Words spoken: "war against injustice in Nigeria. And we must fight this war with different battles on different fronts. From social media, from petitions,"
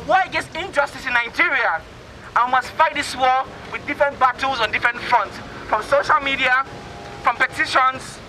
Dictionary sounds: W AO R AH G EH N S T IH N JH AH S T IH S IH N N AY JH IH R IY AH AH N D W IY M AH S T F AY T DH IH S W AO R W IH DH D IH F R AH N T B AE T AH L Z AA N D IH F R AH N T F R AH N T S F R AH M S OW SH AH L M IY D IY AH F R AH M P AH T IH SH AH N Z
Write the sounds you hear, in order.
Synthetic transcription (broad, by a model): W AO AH G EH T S IH N JH AH S T IH S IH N N AY JH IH R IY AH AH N W IY M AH S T F AY T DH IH S W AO W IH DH D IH F R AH N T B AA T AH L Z AA N D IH F R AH N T F R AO N T S F R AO M S OW SH AH L M IY D IY AH F R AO M P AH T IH SH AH N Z